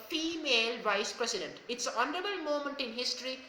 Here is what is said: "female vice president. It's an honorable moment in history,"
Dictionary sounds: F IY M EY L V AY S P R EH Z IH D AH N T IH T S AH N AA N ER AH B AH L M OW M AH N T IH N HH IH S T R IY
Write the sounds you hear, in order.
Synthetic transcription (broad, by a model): F IY M EY L V AY S P R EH S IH D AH N T IH T S AH N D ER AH AH M OW M AH N T IH N HH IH S T R IY